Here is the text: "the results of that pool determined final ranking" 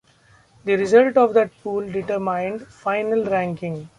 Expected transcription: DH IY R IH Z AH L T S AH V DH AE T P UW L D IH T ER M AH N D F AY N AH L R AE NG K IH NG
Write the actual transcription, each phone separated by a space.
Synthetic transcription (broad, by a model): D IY R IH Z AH L T AH V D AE T P UW L D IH T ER M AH N D F AY N AH L R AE NG K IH NG